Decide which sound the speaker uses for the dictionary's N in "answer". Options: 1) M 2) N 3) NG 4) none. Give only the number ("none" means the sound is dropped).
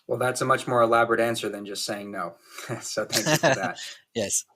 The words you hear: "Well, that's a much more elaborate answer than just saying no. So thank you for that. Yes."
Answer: 2